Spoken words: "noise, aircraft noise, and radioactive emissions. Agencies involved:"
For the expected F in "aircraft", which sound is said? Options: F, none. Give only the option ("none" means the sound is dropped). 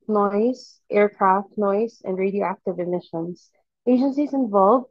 F